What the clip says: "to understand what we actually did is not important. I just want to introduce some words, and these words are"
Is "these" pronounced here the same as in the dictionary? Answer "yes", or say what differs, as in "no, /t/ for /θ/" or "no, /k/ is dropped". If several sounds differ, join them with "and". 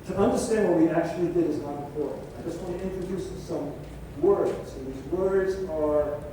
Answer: yes